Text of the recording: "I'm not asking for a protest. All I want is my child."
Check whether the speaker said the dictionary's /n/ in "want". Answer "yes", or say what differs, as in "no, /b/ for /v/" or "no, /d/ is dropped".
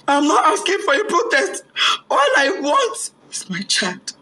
yes